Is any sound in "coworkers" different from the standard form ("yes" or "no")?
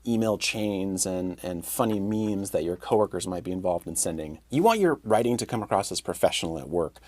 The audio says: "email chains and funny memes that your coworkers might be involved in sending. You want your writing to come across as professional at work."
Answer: no